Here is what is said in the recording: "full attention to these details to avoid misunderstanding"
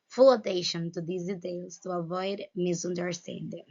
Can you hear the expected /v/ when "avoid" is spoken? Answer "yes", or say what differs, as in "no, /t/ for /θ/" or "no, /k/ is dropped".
yes